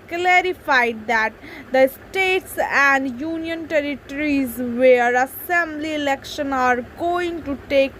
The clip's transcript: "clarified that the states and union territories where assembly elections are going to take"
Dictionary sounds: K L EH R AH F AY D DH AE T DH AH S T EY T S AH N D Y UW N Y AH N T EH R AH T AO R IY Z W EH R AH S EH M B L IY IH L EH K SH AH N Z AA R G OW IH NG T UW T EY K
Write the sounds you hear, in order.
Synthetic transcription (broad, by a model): K L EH R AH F AY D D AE T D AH S T EY T S AH N D Y UW N Y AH N T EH R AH T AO R IY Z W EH R AH S EH M B L IY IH L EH K SH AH N AA R G OW IH NG T UW T EY K